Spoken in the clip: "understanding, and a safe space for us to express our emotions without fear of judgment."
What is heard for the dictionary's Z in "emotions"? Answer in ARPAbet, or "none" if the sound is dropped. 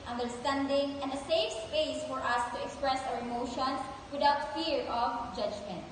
S